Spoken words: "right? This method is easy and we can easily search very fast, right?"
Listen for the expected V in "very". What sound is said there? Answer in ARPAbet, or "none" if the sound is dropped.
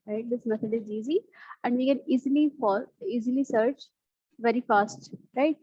V